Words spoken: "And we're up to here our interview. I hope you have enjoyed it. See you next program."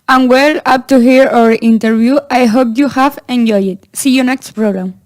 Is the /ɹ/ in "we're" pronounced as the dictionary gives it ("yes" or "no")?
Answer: no